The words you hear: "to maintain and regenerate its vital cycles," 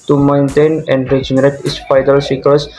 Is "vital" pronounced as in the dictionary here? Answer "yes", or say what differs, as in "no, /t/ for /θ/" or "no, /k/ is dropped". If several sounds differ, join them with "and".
no, /p/ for /v/